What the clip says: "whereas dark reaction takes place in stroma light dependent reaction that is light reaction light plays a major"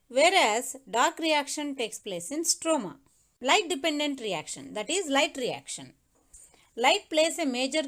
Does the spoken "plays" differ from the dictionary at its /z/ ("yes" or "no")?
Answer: yes